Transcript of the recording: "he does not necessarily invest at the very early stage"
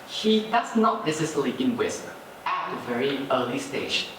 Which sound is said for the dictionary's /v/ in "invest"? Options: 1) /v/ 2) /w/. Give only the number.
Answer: 2